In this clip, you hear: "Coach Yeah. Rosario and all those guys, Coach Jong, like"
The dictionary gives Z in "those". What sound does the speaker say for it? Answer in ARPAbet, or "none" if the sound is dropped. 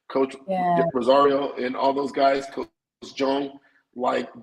Z